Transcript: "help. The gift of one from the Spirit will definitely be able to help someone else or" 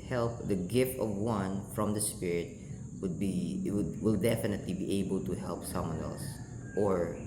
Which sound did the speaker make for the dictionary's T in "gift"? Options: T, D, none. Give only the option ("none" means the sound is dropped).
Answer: T